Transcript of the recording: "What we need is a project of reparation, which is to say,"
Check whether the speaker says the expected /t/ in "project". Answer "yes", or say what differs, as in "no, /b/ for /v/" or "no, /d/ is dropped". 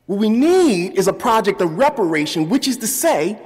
yes